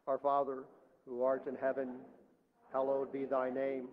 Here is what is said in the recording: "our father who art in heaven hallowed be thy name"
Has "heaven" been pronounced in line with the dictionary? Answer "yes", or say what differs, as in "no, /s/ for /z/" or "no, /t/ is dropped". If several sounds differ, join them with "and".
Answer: yes